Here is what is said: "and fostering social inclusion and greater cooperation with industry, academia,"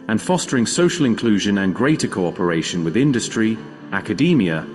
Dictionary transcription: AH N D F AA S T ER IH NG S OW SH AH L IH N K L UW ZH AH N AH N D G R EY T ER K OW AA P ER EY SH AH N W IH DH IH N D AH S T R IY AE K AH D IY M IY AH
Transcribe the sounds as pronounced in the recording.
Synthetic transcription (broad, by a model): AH N F AA S T ER IH NG S OW SH AH L IH N K L UW ZH AH N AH N G R EY T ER K OW AA P ER EY SH AH N W IH DH IH N D AH S T R IY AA K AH D IY M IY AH